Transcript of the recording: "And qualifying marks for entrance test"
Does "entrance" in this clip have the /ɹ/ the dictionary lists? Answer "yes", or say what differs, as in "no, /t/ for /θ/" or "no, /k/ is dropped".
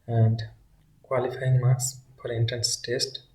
no, /ɹ/ is dropped